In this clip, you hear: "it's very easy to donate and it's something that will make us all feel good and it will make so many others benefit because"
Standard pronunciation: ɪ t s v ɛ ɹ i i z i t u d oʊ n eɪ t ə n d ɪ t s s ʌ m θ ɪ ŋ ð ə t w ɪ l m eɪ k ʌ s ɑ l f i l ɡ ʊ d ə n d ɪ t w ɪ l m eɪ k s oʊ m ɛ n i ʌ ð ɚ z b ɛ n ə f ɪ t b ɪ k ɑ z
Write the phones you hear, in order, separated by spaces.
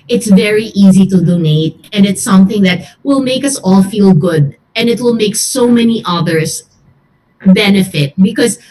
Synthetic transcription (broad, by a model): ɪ t s v ɛ ɹ i i z i t u d oʊ n eɪ t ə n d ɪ t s s ʌ m θ ɪ ŋ ð ə t w ɪ l m eɪ k ʌ s ɑ l f i l ɡ ʊ d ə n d ɪ t w ɪ l m eɪ k s oʊ m ɛ n i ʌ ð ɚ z b ɛ n ə f ɪ t b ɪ k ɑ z